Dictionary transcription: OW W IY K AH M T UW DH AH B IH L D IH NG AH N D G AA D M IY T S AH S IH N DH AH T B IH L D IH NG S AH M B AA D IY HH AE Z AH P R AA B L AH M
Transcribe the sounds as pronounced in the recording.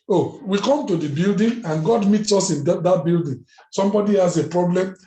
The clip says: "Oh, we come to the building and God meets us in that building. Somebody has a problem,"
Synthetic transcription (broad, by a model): OW W IY K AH M T UW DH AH B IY L D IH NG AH N G AA D M IY T S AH S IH N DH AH T B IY L D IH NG S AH M B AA D IY HH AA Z AH P R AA B L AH M